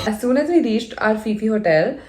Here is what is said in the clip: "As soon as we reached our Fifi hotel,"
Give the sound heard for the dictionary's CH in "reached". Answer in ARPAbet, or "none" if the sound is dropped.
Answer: SH